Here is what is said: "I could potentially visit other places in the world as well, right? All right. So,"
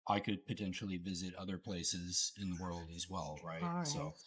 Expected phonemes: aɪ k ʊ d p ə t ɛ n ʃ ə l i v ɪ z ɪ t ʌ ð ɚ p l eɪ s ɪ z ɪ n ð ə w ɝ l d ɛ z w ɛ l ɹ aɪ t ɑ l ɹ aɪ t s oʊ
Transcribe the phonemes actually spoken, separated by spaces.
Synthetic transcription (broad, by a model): aɪ k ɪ d p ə t ɛ n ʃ l i v ɪ z ɪ t ʌ ð ɚ p l eɪ s ɪ z ɪ n ð ə w ɝ l d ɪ z w ɛ l ɹ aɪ ɑ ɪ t s oʊ